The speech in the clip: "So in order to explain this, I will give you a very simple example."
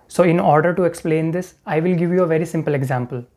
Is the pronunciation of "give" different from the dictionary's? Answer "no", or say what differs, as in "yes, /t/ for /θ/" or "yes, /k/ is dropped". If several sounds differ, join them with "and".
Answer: no